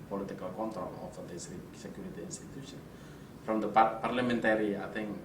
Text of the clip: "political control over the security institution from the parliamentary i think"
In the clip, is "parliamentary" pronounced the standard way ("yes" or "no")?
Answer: yes